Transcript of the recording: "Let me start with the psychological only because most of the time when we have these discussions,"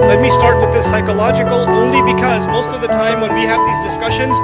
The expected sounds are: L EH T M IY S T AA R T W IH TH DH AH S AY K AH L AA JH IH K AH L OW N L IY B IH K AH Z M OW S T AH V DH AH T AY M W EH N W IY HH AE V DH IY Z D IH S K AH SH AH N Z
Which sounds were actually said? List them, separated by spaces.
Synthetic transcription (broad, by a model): L EH T M IY S T AA R T W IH DH AH S AY K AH L AA JH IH K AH L OW N L IY B IH K AH Z M OW S T AH V DH AH T AY M W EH N W IY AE V DH IY Z D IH S K AH SH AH N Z